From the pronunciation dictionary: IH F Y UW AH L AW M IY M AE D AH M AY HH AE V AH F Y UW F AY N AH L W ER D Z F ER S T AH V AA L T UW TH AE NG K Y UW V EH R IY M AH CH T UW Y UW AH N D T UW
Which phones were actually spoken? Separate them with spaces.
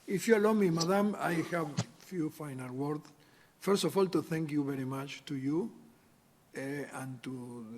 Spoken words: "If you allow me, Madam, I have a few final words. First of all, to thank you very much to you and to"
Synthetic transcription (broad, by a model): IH F Y UW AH L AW M IY M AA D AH M AY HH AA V F Y UW F AY N AH L W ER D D F ER S T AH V AA L T UW TH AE NG K Y UW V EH R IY M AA CH T UW Y UW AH N T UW